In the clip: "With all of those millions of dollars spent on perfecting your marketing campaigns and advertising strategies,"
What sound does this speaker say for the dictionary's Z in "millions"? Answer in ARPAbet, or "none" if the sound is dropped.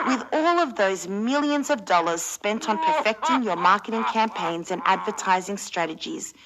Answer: Z